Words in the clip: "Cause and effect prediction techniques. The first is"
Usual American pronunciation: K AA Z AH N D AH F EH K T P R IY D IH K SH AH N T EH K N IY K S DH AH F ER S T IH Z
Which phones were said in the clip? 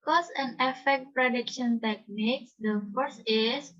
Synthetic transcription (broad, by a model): K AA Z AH N AH F EH K T P R IY D IH K SH AH N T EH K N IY K S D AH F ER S IH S